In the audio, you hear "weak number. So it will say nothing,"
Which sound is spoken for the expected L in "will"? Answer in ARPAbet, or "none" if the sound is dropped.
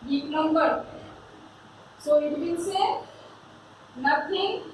N